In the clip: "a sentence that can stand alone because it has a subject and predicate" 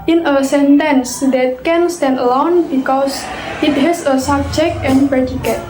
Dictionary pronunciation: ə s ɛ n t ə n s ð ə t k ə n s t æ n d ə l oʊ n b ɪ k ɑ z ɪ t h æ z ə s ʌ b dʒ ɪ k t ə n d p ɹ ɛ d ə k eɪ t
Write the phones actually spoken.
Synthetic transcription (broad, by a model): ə s ɛ n t ə n s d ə t k ə n s t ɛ n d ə l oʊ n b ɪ k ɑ s ɪ t h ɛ s ə s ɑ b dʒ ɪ k t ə n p ɹ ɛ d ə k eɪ t